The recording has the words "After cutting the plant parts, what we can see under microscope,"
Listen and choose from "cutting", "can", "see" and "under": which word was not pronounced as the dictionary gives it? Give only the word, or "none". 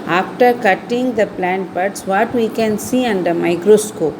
none